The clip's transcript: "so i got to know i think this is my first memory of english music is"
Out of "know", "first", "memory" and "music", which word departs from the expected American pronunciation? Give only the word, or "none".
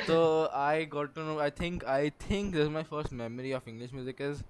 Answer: none